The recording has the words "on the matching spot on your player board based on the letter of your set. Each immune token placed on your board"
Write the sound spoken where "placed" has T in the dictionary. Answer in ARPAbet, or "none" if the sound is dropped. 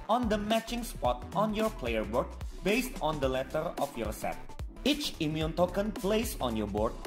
none